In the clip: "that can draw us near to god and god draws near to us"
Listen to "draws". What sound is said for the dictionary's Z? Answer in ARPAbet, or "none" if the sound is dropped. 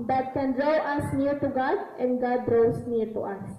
S